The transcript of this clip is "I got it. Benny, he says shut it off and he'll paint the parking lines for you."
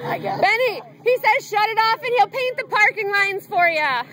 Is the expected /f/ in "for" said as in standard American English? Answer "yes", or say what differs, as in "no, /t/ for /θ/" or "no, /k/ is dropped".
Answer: yes